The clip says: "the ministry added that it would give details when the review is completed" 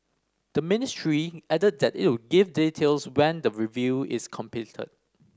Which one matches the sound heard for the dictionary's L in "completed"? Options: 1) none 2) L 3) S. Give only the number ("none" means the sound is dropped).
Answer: 1